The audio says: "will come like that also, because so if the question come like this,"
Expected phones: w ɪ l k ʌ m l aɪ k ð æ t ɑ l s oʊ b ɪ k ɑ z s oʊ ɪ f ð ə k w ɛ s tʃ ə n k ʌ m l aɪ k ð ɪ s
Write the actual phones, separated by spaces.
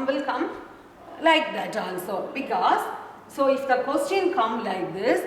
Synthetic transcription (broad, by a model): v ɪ l k ʌ m l aɪ k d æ t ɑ n s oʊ b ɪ k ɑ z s oʊ ɪ f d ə k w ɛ s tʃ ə n k ʌ m l aɪ k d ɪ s